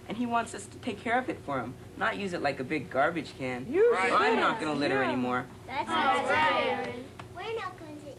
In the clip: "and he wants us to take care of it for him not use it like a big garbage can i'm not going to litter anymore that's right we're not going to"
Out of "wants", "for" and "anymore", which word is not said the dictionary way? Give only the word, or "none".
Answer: none